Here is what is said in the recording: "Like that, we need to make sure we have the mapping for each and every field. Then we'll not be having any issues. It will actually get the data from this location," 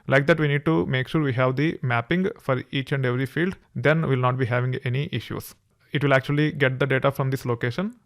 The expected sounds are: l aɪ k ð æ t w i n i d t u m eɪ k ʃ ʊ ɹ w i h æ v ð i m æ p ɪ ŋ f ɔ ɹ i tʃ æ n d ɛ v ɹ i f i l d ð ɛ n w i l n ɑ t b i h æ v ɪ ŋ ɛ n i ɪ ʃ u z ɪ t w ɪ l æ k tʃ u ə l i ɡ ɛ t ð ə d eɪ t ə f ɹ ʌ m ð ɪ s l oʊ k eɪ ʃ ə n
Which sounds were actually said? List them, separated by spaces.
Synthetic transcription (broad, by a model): l aɪ k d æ t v i n i d t u m eɪ k ʃ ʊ ɹ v i h æ v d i m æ p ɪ ŋ f ɔ ɹ i tʃ æ n d ɛ v ɹ i f i l d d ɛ n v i l n ɑ t b i h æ v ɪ ŋ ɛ n i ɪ ʃ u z ɪ t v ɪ l æ k tʃ u ə l i ɡ ɛ t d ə d eɪ t ə f ɹ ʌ m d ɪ s l oʊ k eɪ ʃ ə n